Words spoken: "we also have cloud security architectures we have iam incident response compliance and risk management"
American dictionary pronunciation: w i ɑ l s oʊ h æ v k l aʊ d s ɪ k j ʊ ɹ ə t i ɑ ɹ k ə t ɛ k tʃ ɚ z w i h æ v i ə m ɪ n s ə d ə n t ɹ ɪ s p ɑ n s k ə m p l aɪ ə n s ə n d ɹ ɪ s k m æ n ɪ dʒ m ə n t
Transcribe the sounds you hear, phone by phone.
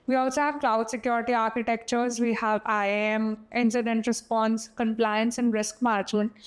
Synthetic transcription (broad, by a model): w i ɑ s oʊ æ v k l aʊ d s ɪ k j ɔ ɹ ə t i ɑ ɹ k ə t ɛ k tʃ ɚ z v i h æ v i ə m ɪ n s ə d ə n t ɹ ɪ s p ɑ n s k ə m p l aɪ ə n s ə n d ɹ ɪ s k m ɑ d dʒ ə n